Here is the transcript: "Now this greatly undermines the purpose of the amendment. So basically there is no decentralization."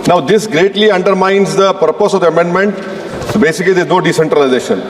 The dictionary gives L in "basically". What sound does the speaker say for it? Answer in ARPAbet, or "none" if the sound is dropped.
none